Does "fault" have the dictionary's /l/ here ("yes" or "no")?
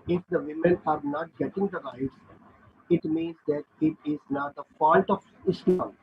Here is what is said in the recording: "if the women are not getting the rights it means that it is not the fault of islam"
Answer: no